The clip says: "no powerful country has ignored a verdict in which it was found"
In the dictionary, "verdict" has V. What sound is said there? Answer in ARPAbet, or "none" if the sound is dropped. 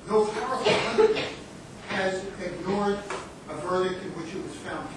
V